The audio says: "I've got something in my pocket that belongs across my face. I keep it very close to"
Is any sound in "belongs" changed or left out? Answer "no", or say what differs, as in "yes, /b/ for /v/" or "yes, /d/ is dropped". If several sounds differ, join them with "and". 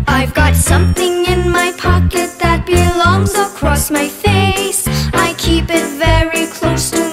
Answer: no